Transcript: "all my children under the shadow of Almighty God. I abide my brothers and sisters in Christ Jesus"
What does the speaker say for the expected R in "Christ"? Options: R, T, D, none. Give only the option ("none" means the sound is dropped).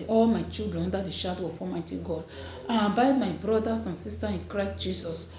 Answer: R